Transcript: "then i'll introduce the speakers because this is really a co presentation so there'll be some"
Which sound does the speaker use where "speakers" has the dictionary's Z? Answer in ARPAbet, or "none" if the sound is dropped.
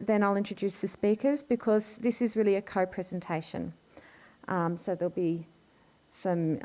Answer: Z